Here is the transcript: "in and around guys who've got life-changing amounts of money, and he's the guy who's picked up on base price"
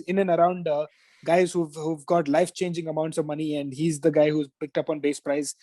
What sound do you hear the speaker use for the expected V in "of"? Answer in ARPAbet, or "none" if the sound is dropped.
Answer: V